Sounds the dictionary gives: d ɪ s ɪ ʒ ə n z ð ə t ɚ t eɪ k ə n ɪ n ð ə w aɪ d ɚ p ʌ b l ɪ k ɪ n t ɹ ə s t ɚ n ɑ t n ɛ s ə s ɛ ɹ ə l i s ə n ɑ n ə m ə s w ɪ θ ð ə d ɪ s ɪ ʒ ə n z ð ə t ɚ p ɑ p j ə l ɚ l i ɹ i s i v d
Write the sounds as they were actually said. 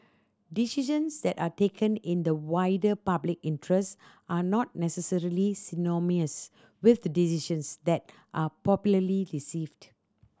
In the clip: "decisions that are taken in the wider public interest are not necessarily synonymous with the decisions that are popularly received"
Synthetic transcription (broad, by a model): d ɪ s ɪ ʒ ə n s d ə t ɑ t eɪ k ə n ɪ n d ə w aɪ d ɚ p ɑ b l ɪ k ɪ n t ɹ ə s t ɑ n ɑ t n ɛ s ə s ɛ ɹ ə l i s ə n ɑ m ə ə s w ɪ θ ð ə d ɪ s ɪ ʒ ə n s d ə t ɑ p ɑ p j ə l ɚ l i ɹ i s i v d